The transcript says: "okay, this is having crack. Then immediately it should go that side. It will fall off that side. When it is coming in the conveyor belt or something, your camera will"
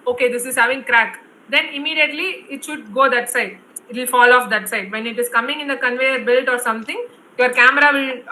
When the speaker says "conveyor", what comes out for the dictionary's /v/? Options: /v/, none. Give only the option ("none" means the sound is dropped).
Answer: /v/